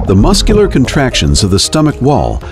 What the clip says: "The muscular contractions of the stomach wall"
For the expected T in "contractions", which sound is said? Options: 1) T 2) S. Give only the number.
1